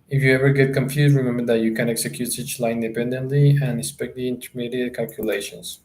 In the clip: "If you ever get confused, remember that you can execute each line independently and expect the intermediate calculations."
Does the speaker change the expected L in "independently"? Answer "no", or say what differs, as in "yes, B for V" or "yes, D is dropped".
no